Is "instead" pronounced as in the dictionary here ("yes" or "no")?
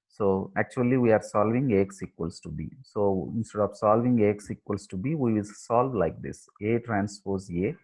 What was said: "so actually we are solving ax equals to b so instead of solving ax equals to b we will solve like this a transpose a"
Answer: yes